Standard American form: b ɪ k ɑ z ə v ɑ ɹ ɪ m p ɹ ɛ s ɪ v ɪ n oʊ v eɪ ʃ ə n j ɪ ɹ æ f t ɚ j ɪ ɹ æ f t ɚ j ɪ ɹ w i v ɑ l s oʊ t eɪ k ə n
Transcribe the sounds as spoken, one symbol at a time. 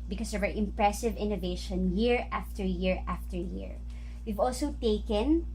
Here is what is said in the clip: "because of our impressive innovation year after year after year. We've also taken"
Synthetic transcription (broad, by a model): b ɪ k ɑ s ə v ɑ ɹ ɪ m p ɹ ɛ s ɪ v ɪ n oʊ v eɪ ʃ ə n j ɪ ɹ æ f t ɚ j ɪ ɹ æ f t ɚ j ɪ ɹ w i v ɑ l s oʊ t eɪ k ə n